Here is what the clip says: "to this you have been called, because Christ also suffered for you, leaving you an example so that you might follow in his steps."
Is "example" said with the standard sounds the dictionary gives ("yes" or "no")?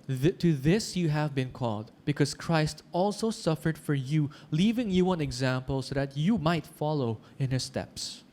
yes